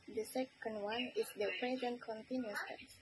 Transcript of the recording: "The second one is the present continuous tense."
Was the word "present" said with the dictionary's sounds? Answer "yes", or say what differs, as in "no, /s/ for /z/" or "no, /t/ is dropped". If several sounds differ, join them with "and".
yes